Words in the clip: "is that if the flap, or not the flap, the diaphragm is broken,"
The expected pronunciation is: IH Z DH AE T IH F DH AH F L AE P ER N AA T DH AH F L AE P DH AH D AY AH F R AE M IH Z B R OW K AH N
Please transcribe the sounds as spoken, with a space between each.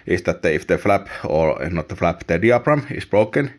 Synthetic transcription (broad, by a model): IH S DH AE T IH F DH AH F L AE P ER N AA T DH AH F L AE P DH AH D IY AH P R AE M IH S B R OW K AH N